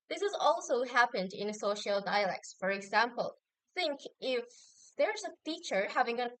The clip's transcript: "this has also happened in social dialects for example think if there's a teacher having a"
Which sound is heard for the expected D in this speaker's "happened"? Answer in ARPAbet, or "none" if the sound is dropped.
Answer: D